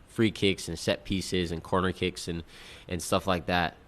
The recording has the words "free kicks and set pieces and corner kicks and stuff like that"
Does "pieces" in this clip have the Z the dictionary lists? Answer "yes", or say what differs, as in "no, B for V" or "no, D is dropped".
yes